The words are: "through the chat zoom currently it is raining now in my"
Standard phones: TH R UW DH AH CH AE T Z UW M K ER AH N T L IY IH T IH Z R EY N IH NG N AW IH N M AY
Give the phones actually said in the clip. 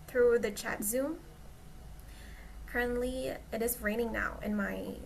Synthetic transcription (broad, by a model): TH R UW DH AH CH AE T Z UW M K ER AH N T L IY IH T IH Z R EY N IH NG N AW IH N M AY